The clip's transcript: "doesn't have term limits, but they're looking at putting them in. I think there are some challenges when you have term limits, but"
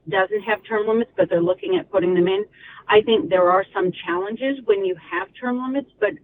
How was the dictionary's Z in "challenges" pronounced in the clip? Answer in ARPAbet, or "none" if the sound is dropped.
Z